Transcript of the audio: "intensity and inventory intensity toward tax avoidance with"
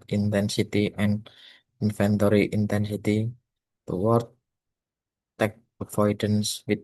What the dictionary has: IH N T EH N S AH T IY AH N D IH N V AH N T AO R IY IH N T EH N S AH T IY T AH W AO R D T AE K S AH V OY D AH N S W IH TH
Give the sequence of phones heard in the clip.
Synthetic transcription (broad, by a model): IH N T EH N S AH T IY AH N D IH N F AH N T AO R IY IH N T EH N S AH T IY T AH W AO R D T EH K AH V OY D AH N S W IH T